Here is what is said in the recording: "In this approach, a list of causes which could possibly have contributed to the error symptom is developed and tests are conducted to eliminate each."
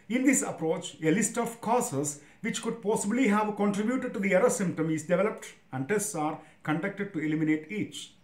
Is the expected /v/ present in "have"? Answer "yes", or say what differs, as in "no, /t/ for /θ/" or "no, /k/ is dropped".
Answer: yes